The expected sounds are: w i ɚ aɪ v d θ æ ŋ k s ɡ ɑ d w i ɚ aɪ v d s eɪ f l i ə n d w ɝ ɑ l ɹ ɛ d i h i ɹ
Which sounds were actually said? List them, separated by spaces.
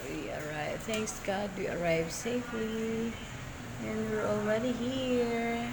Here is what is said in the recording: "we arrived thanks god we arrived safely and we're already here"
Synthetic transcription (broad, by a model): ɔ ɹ aɪ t θ æ ŋ k s ɡ ɑ d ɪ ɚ aɪ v s eɪ f l i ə n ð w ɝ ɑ l ɹ ɛ d i h i ɹ